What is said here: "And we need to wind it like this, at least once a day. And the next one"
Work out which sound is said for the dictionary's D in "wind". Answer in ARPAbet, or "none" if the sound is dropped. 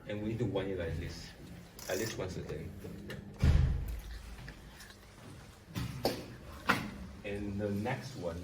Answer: none